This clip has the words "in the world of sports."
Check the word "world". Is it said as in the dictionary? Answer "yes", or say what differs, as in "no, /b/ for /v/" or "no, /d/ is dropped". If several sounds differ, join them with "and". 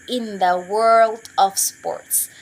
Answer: yes